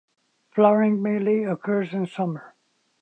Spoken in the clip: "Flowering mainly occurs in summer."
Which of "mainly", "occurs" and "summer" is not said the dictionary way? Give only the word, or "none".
mainly